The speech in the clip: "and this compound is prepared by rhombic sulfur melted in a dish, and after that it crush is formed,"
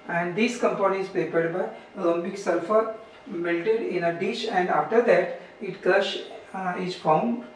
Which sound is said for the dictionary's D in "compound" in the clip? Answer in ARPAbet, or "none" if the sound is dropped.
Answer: none